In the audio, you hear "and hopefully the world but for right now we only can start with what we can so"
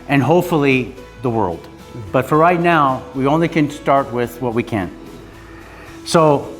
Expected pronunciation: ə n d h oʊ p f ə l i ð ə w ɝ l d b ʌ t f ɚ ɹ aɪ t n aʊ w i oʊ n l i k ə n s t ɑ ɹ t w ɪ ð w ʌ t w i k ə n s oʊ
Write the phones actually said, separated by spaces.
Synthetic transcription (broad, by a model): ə n h oʊ p f l i ð ə w ɝ l d b ʌ t f ɚ ɹ aɪ t n aʊ w i oʊ n l i k ə n s t ɑ ɹ t w ɪ ð w ʌ t w i k ə n s oʊ